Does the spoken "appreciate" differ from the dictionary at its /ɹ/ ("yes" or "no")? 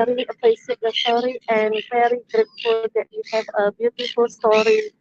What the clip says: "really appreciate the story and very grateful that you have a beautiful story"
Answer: yes